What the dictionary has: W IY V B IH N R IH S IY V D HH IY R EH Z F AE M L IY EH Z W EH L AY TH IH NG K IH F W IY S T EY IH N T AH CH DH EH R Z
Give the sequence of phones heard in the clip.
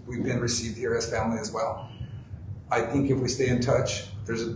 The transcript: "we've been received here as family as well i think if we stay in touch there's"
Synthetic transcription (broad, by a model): W IY V B IH N R IH S IY V D HH IY R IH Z F AE M L IY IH Z W EH L AY TH IH NG K IH F W IY S T EY IH N T AH CH DH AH R Z